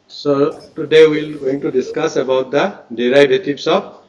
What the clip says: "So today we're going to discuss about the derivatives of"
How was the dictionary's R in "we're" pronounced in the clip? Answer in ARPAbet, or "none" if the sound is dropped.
L